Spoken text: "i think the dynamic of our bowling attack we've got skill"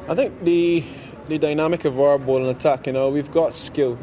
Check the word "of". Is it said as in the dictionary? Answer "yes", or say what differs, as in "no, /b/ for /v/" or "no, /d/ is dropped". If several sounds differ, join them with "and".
yes